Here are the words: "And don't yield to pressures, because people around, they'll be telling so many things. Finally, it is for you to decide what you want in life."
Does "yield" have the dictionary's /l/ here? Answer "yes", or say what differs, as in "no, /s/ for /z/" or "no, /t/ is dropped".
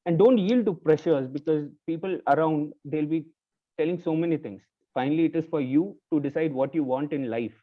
yes